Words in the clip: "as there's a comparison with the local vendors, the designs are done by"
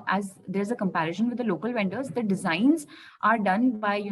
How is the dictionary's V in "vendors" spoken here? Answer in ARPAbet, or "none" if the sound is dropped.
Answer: V